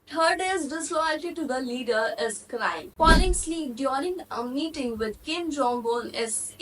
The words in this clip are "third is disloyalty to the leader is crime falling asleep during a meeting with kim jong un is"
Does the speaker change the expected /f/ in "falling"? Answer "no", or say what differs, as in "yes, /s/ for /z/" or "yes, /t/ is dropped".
yes, /p/ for /f/